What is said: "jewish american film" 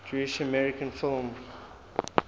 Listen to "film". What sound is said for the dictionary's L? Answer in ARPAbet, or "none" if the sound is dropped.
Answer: L